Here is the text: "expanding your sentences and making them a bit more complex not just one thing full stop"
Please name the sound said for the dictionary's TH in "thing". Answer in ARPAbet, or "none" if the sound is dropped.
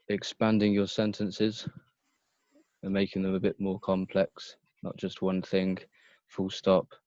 TH